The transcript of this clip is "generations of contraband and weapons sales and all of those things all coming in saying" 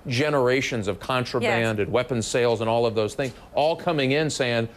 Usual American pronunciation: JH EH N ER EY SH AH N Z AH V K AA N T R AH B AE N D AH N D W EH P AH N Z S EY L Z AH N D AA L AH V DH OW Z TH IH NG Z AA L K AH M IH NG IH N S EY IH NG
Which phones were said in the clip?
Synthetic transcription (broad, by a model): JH EH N ER EY SH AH N Z AH V K AA N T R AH B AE N D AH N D W EH P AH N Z S EY L Z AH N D AA L AH V DH OW Z TH IH NG Z AA L K AH M IH NG IH N S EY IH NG